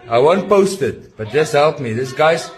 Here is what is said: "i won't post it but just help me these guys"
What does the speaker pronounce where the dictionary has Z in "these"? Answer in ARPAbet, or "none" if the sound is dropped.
S